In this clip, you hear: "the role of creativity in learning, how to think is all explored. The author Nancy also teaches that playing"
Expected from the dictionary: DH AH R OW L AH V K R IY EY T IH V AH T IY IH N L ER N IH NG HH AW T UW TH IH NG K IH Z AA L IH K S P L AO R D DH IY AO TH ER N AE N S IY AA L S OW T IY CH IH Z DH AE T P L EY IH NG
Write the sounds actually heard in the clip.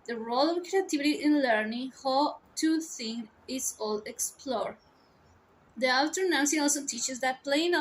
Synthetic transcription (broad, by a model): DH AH R OW L AH V K R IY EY T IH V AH T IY IH N L ER N IH NG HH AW T UW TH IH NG IH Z AA L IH K S P L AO R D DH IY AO T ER N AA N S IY AA L S OW T IY CH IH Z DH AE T P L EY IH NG